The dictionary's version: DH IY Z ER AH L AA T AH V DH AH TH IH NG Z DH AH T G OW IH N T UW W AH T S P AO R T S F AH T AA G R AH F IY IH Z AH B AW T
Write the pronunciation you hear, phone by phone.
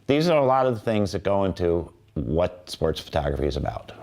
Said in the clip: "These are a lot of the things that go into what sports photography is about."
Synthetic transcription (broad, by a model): DH IY Z ER AH L AA T AH V DH AH TH IH NG Z DH AH T G OW IH N T UW W AH T S P AO R T S F AH T AA G R AH F IY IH Z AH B AW T